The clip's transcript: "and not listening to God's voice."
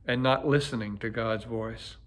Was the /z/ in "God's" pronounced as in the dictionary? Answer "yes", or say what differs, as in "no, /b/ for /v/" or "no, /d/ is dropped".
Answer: yes